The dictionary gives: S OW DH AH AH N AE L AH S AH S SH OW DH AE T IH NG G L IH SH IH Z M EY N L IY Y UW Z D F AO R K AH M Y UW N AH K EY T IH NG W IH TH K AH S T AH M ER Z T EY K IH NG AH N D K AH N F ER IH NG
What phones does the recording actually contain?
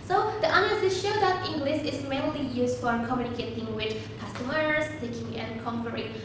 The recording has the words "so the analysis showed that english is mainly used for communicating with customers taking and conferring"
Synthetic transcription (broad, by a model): S OW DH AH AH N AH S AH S SH OW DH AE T IH NG G L IH SH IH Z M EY L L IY Y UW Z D F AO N K AH M Y UW N AH K EY T IH NG W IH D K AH S T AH M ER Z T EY K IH NG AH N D K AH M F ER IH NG